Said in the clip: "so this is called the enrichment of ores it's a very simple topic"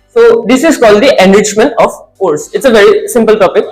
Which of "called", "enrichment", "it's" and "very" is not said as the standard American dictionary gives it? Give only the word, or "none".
enrichment